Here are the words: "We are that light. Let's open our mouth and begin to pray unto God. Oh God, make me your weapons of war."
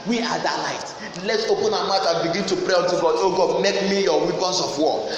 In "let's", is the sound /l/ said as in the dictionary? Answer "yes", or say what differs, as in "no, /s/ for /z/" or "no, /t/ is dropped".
yes